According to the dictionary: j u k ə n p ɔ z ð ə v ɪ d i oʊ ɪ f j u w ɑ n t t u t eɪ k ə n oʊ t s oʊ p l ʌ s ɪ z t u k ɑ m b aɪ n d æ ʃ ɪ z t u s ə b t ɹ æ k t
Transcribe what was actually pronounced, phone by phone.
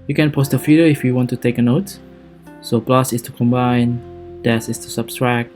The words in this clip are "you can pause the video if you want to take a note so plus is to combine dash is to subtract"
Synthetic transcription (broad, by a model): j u k ə n p ɔ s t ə f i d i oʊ ɪ f j u w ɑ n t t u t eɪ k ə n oʊ t s oʊ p l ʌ s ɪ s t u k ɑ m b aɪ n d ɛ s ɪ s t u s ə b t ɹ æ k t